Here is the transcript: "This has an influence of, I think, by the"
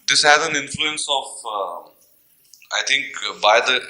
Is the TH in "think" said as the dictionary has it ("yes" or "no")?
no